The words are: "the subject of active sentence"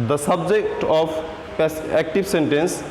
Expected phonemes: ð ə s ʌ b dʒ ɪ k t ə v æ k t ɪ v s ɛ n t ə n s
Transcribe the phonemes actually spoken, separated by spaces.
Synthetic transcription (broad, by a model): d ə s ʌ b dʒ ɪ k t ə p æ k t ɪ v s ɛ n t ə n s